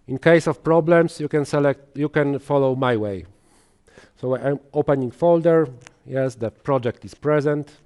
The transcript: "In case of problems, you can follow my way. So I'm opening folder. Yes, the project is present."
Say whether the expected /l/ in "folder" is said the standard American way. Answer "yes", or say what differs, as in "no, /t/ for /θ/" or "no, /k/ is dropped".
yes